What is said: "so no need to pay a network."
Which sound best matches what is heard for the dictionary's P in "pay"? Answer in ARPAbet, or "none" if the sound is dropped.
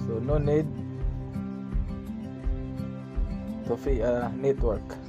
F